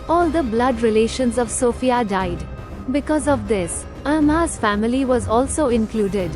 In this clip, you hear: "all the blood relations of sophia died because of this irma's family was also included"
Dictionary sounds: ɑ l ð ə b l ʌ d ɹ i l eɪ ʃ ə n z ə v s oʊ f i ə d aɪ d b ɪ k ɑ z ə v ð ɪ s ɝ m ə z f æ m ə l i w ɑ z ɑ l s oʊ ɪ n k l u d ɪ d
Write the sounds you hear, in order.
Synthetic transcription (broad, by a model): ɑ l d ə b l ʌ d ɹ i l eɪ ʃ ə n z ə v s oʊ f i ə d aɪ d b ɪ k ɑ z ə v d ɪ s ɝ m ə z f æ m ə l i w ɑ z ɑ l s oʊ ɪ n k l u d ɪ d